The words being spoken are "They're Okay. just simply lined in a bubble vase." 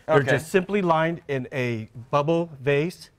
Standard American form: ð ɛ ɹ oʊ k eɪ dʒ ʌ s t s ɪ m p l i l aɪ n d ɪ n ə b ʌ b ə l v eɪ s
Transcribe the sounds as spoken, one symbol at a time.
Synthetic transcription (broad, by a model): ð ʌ ɹ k dʒ ʌ s t s ɪ m p l i l aɪ n d ɪ n ə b ʌ b l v eɪ s